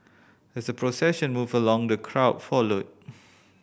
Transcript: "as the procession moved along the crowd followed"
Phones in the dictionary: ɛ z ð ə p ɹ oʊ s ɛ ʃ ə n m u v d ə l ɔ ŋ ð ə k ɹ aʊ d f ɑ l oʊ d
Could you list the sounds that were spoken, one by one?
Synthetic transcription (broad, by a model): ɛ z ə p ɹ oʊ s ɛ ʃ ə n m u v ə l ɔ ŋ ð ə k ɹ aʊ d f ɑ l oʊ d